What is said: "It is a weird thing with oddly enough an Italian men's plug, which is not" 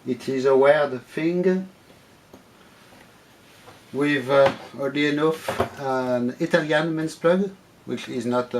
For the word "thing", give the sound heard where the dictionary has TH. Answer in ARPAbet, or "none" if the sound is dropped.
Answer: F